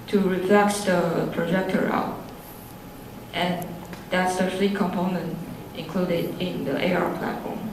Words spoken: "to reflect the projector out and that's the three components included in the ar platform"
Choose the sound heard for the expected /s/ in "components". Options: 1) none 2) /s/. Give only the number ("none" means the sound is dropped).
1